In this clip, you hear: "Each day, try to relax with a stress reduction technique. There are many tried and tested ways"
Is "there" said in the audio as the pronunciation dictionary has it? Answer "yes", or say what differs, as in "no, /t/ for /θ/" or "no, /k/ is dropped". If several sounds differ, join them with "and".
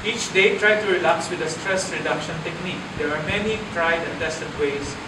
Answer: no, /w/ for /ɹ/